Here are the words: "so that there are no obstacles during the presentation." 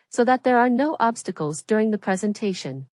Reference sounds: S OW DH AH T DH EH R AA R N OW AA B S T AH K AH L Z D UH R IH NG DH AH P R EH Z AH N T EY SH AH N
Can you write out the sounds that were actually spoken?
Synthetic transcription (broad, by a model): S OW DH AH T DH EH R AA R N OW AA B S T AH K AH L Z D UH R IH NG DH AH P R EH Z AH N T EY SH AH N